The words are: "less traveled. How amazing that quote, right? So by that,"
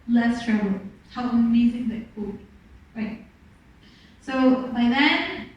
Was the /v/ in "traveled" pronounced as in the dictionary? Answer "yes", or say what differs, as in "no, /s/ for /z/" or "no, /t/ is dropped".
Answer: no, /v/ is dropped